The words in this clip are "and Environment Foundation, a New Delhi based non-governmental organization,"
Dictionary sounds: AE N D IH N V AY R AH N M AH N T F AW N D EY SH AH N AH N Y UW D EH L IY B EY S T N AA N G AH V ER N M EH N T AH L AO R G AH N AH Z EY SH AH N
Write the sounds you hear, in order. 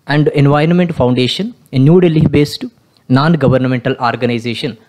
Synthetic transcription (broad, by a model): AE N D IH N V AY R AH N M AH N T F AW N D EY SH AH N AH N Y UW D EH L IY B EY S T N AA N G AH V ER N M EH N T AH L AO R G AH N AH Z EY SH AH N